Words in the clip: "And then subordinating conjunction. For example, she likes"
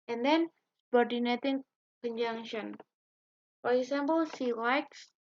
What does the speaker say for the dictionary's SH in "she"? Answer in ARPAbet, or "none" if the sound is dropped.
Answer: S